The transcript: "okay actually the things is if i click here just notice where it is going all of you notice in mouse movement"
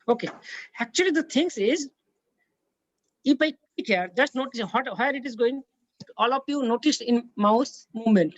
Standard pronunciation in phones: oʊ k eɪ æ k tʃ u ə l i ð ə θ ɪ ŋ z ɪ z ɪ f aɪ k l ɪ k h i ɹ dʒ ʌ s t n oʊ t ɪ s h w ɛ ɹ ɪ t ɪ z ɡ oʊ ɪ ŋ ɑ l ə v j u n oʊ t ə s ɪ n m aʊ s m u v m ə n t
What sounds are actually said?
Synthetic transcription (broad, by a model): oʊ k eɪ æ k tʃ u ə l i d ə t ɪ ŋ s ɪ z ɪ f aɪ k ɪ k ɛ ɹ dʒ ʌ s t n oʊ t ɪ s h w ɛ ɹ ɪ t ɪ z ɡ oʊ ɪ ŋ ɑ l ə p j u n oʊ t ə s ɪ n m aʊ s m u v m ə n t